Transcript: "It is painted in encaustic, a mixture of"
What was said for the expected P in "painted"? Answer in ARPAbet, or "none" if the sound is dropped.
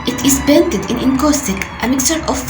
B